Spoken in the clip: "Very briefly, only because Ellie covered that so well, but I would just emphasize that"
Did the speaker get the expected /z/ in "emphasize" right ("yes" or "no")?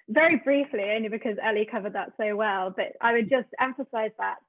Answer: yes